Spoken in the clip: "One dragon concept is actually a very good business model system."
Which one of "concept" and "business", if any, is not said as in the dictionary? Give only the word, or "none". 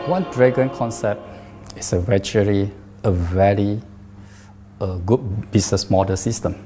business